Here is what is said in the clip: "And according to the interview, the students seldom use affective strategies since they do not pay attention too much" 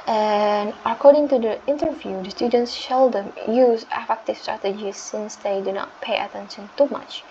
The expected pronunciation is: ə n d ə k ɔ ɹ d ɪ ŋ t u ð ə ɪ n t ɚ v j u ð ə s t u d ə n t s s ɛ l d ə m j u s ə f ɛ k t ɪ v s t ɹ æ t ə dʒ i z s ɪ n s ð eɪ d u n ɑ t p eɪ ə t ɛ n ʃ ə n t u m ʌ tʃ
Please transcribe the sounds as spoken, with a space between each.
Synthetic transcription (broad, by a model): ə n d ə k ɔ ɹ d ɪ ŋ t u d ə ɪ n t ɚ v j u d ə s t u d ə n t s ʃ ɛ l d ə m j u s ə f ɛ k t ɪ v s t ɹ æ t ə dʒ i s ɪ n s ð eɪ d u n ɑ t p eɪ ə t ɛ n ʃ ə n t u m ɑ tʃ